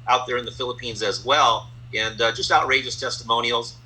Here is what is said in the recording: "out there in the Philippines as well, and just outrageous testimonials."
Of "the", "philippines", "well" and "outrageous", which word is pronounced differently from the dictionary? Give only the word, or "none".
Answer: none